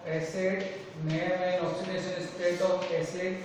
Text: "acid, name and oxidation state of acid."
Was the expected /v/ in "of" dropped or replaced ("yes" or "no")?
yes